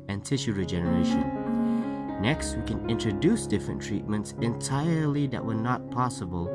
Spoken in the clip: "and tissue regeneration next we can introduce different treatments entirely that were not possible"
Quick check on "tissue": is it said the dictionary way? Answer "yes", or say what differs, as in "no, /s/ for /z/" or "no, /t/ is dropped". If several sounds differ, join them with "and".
yes